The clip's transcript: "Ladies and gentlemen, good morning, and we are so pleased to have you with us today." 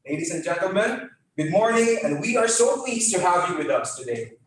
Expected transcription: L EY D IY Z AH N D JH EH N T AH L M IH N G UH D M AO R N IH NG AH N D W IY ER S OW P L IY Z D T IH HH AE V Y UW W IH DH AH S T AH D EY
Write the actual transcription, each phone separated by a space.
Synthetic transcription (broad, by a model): L EY D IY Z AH N JH EH N T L M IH N G UH D M AO R N IH NG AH N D W IY ER S OW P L IY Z T IH HH AE V Y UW W IH DH AH S T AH D EY